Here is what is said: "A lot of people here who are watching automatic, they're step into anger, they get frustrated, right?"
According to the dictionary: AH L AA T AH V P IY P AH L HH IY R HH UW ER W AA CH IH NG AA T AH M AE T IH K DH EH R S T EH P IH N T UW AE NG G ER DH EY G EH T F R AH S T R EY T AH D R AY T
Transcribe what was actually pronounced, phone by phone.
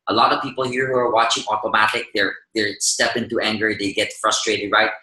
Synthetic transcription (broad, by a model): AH L AA T AH V P IY P AH L HH IY R HH UW ER W AA CH IH NG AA T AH M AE T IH K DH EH R S T EH P IH N T UW AE NG G ER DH EY G EH T F R AH S T R EY T AH D R AY T